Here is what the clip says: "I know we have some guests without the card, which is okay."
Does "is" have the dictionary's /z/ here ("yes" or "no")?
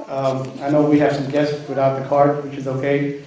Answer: yes